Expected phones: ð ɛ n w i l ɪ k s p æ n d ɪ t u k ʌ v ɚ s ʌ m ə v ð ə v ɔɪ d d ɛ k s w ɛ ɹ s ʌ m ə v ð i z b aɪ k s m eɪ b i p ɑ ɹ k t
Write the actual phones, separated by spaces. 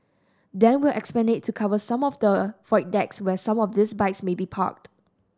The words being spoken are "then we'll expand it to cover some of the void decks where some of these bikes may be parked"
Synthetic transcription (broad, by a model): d ɛ n w i l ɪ k s p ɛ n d ɪ t u k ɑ v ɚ s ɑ m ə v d ə f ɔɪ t d ɛ k s w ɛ s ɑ m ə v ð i s b aɪ k s m eɪ b i p ɑ k t